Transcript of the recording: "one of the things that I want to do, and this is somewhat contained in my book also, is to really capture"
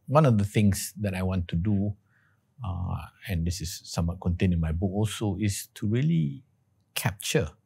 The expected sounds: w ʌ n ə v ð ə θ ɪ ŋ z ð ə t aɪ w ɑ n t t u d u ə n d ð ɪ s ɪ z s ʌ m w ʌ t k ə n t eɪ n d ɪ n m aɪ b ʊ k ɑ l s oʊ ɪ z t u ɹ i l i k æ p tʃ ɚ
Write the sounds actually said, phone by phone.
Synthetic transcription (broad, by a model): w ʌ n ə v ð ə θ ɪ ŋ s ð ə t aɪ w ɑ n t t u d u ə n d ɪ s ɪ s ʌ m w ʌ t k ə n t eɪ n ɪ n m aɪ b ʊ k ɑ l s oʊ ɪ s t u ɹ i l i k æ p tʃ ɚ